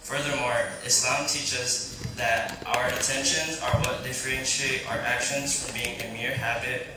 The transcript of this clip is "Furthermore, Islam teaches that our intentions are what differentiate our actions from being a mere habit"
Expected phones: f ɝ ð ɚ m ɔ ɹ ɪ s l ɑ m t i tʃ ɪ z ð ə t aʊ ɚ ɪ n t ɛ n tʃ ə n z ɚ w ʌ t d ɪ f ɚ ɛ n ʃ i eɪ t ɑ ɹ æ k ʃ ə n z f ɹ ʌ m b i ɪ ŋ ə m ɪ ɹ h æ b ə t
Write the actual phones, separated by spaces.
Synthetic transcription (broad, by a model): f ɝ ð ɚ m ɔ ɹ ɪ s l ɑ m t i tʃ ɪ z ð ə t aʊ ɚ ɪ n t ɛ n ʃ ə n z ɚ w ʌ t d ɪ f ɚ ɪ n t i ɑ ʌ ɹ æ k ʃ ə n z f ɹ ʌ m b i ɪ ŋ ə m ɪ ɹ h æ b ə t